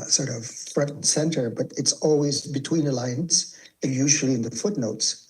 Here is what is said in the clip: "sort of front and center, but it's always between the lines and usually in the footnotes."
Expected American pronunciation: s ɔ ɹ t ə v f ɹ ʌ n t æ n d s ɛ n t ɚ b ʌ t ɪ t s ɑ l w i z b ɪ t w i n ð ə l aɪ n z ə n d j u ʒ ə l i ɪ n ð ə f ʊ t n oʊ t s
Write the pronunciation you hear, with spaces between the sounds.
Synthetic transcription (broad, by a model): s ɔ ɹ t ə v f ɹ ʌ t n s ɛ n t ɚ b ʌ t ɪ t s ɑ l w i z b ɪ t w i n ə l aɪ n s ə n j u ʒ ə l i ɪ n ð ə f ʊ t n oʊ t s